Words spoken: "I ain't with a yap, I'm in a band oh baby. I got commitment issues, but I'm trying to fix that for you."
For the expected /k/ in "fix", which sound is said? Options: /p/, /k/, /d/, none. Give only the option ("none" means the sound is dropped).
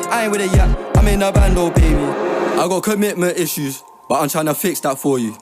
/k/